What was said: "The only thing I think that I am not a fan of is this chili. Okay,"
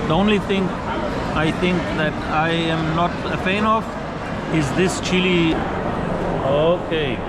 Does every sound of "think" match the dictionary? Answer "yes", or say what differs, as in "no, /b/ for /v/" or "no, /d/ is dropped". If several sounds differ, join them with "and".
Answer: no, /t/ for /θ/